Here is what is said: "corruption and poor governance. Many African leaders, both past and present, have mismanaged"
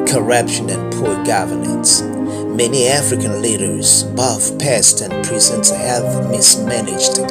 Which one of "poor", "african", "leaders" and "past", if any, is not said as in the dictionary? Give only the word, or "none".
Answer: none